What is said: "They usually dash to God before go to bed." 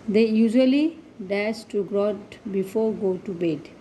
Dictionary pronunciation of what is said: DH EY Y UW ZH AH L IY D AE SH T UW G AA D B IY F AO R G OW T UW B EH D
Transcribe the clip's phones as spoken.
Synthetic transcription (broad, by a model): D EY Y UW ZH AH L IY D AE S T UW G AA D B IY F AO R G OW T UW B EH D